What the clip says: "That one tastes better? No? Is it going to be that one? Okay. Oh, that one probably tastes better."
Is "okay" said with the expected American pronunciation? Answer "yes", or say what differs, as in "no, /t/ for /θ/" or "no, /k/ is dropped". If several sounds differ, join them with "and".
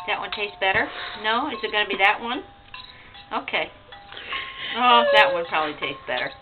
yes